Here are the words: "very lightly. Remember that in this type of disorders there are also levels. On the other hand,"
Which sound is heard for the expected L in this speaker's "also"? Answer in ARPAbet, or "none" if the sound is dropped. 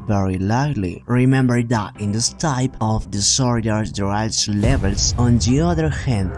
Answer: none